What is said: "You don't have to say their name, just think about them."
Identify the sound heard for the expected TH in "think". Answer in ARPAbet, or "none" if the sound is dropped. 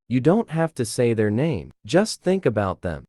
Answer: TH